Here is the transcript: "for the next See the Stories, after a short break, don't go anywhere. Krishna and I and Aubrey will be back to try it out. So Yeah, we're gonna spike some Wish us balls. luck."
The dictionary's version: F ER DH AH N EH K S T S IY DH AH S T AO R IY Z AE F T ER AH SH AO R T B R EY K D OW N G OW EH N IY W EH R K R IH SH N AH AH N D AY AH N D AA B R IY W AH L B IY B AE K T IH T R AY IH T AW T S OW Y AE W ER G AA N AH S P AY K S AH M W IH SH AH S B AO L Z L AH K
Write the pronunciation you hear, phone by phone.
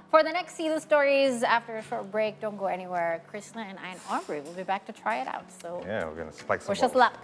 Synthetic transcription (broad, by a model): F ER DH AH N EH K S T S IY DH AH S T AO R IY Z AE F T ER AH SH AO R T B R EY K D OW N G OW EH N IY W EH R K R IH S N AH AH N AY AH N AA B R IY W AH L B IY B AE K T IH T R AY IH T AW T S OW Y AE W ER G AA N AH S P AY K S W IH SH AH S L L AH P